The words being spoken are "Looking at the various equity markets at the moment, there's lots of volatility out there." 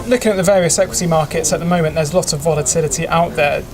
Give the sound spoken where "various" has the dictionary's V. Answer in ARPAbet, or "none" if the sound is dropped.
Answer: V